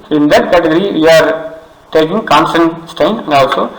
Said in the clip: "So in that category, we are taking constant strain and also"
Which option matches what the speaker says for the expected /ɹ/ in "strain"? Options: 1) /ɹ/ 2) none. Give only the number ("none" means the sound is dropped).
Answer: 2